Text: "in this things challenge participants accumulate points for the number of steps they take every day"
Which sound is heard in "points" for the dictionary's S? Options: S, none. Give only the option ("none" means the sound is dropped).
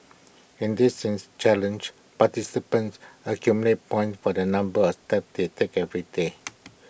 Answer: none